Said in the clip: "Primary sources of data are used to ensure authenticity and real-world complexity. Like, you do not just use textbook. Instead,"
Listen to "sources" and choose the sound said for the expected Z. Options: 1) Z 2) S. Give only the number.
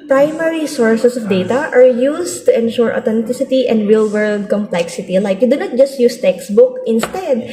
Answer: 2